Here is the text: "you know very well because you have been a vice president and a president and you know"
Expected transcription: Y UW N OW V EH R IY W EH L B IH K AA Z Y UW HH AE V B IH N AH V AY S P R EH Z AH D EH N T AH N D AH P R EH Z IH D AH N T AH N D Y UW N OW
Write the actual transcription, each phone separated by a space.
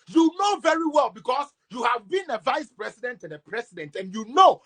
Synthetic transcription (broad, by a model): Y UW N OW V EH R IY W EH L B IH K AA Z Y UW HH AE V B IH N AH V AY S P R EH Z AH D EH N T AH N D AH P R EH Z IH D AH N T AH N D Y UW N OW